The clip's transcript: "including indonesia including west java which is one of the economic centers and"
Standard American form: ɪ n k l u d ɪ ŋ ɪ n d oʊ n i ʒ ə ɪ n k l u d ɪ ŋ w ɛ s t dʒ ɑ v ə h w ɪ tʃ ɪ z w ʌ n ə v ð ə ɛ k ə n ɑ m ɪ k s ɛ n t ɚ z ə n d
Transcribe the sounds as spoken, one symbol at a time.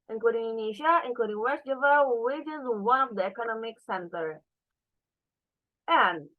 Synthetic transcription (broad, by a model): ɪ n k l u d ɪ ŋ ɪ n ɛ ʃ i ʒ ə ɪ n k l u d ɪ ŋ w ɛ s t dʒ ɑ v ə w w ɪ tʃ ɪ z w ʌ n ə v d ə ɛ k ə n ɑ m ɪ k s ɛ n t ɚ ə n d